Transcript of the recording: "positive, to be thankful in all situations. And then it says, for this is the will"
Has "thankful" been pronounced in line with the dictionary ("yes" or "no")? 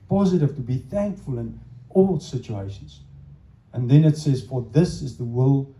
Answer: yes